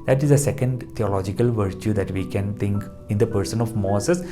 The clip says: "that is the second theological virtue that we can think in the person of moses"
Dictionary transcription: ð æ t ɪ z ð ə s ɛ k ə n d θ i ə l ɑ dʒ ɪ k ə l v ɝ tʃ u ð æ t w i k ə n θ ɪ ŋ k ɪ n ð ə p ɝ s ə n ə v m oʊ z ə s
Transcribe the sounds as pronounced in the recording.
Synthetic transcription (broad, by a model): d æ t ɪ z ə s ɛ k ə n d t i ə l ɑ dʒ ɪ k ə l v ɝ tʃ u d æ t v i k ə n t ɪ ŋ k ɪ n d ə p ɝ s ə n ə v m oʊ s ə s